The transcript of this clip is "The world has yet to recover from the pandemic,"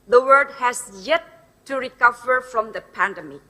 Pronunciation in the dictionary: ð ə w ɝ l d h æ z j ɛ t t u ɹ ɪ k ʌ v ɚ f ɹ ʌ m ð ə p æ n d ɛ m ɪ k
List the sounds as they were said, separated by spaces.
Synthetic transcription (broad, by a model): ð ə w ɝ d h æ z j ɛ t t u ɹ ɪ k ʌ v ɚ f ɹ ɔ m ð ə p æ n d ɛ m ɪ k